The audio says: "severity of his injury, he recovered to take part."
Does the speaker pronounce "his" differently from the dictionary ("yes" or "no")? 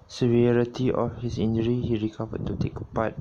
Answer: yes